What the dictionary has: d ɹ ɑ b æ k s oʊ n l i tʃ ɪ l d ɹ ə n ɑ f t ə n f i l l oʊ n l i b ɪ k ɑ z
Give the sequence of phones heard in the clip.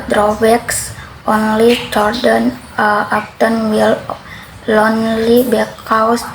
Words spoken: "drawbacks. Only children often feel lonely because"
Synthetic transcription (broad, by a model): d ɹ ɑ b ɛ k s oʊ n l i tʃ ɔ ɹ d ə n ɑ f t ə n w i l l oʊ n l i b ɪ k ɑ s